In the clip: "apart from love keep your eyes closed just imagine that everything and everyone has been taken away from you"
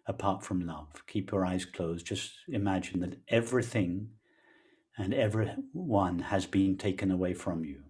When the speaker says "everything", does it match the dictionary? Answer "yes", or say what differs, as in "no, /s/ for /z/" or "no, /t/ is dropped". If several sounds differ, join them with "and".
yes